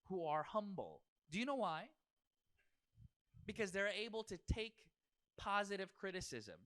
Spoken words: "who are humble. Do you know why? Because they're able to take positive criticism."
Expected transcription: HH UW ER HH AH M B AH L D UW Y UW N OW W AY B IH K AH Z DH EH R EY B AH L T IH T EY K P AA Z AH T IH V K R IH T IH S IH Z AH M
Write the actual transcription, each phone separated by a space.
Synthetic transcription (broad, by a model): HH UW ER HH AH M B L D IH Y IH N OW W AY B IH K AH Z DH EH R EY B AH L T IH T EY K P AA Z AH T IH V K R IH T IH S IH Z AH M